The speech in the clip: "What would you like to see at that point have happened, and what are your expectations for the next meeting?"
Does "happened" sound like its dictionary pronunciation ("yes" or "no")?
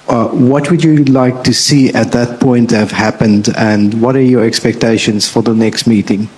yes